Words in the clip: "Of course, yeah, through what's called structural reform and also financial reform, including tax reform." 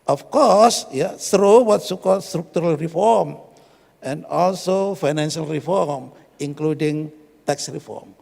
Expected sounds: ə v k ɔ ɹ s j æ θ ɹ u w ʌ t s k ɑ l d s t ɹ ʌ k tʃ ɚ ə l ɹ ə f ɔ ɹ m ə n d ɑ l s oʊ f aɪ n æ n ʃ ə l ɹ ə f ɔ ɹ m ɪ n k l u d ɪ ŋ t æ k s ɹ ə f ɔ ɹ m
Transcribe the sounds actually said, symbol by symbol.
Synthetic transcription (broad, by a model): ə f k ɔ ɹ s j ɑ s ɹ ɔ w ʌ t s k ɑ l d s t ɹ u k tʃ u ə l ɹ ə f ɔ ɹ m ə n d ɑ l s oʊ f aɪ n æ n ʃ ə l ɹ ə f ɔ ɹ m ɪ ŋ k l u d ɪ ŋ t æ k s ɹ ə f ɔ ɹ m